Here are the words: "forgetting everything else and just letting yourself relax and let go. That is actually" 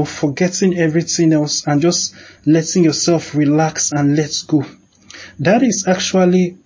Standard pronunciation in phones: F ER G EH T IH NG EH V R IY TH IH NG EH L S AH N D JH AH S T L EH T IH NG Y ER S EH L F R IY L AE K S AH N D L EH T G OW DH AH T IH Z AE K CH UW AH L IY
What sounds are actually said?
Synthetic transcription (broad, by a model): F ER G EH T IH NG EH V R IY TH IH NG EH L S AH N JH AH S T L EH T IH NG Y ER S EH L F R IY L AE K S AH N L EH T G OW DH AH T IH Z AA K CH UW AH L IY